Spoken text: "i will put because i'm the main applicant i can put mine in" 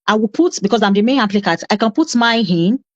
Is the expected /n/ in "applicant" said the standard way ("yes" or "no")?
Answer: no